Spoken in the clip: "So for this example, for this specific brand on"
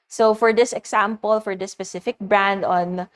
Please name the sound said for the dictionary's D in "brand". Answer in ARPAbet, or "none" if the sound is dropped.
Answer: D